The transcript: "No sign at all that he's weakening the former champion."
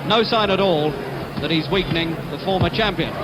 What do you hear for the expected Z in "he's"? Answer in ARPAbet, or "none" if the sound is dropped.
Z